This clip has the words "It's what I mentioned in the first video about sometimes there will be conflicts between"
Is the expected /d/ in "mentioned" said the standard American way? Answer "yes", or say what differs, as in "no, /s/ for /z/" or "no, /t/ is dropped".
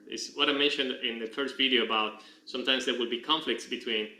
yes